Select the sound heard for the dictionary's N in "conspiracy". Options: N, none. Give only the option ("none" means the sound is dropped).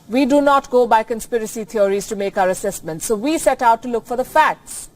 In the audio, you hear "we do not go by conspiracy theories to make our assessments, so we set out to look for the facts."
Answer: N